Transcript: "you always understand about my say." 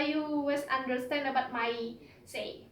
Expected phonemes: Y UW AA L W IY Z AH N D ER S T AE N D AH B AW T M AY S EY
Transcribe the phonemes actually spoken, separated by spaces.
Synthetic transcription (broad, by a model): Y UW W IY S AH N D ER S T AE N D AH B AW T M AY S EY